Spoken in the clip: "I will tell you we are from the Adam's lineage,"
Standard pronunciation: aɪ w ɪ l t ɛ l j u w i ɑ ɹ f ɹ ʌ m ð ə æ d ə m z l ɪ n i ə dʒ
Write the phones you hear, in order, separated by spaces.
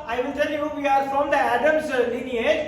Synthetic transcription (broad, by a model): aɪ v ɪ n t ɛ l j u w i ɑ ɹ f ɹ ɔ m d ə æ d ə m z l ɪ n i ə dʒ